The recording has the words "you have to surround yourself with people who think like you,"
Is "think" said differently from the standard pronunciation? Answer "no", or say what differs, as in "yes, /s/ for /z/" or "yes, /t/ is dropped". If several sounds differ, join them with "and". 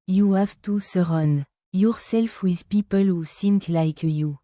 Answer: yes, /s/ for /θ/